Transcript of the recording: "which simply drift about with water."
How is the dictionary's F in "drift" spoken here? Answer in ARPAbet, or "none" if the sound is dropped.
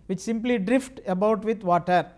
F